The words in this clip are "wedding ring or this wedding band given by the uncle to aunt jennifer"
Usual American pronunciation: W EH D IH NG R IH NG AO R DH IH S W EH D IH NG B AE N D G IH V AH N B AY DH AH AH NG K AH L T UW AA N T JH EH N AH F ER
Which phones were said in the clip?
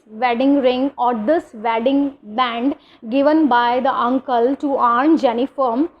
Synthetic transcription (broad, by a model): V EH D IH NG R IH NG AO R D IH S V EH D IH NG B AE N D G IH V AH N B AY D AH AH NG K AH L T UW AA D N JH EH N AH F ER